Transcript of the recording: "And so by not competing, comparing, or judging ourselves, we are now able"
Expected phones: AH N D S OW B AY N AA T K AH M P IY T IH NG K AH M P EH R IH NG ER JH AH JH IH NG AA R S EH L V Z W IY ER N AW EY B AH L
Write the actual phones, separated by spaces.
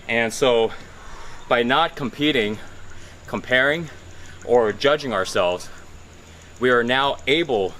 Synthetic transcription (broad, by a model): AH N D S OW B AY N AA T K AH M P IY T IH NG K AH M P EH R IH NG ER JH AH JH IH NG AA R S EH L V Z W IY ER N AW EY B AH L